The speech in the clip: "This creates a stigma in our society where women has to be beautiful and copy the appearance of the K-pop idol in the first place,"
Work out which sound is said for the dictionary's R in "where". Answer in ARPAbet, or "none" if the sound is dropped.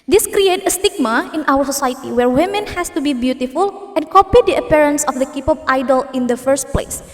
R